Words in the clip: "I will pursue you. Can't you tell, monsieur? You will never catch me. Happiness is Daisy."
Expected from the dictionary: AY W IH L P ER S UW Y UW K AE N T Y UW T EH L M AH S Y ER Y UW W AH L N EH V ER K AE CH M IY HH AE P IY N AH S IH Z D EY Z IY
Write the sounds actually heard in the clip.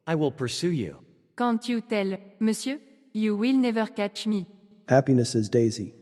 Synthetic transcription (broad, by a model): AY W IH L P ER S UW Y UW K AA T Y UW T EH L M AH S Y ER Y UW W AH L N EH V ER K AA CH M IY HH AE P IY N AH S IH Z D EY Z IY